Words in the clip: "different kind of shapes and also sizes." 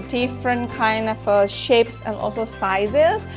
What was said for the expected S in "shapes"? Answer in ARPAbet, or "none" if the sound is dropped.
S